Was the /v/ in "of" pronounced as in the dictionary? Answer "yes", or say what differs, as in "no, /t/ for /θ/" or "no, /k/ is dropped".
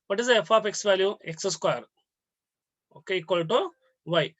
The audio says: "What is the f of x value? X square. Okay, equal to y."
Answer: no, /p/ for /v/